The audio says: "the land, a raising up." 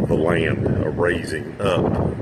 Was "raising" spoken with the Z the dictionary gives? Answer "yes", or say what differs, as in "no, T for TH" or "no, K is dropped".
yes